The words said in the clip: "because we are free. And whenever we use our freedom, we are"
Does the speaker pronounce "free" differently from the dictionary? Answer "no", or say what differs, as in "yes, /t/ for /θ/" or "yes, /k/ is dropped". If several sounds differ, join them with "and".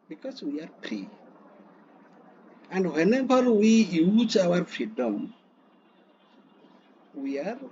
yes, /p/ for /f/